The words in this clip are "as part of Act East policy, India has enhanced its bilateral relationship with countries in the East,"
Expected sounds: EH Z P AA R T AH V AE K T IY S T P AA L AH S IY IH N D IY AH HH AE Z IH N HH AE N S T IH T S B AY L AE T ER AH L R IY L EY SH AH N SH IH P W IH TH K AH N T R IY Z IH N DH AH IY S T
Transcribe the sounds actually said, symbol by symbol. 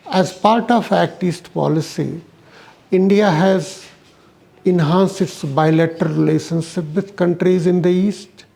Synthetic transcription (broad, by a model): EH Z P AA R T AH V AE K T IY S T P AA L AH S IY IH N D IY AH HH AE Z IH N HH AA N S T IH T S B AY L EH T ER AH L R IY L EY SH AH N SH IH P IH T K AH N T R IY Z IH N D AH IY S T